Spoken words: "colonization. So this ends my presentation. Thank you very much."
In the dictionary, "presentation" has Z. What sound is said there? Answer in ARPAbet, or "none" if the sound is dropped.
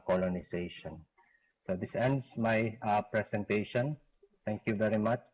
S